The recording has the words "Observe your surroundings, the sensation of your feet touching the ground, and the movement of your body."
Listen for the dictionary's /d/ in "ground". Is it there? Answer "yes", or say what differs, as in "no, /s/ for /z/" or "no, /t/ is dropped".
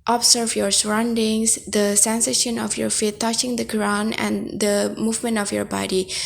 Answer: no, /d/ is dropped